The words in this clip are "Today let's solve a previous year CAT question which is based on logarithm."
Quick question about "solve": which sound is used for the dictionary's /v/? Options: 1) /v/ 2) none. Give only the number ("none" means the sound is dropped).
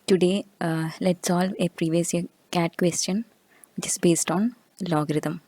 1